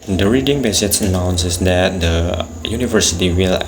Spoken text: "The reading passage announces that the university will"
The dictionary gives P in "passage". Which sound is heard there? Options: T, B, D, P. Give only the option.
B